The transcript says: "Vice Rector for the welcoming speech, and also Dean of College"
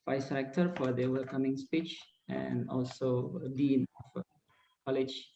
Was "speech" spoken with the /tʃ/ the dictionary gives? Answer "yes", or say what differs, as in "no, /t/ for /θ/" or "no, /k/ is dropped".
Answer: yes